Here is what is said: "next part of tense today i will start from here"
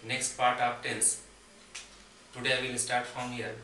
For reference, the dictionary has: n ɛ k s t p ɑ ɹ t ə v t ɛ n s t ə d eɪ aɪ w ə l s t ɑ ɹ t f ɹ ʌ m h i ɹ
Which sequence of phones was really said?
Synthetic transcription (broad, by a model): n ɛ k s t p ɑ ɹ t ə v t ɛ l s t ə d eɪ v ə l s t ɑ ɹ t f ɹ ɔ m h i ɹ